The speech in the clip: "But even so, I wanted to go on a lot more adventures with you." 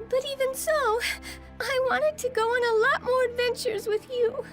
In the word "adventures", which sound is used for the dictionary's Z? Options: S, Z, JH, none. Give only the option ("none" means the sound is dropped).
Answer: Z